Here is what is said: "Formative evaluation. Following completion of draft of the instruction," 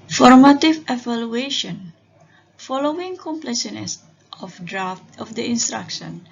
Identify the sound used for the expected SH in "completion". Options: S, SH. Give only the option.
S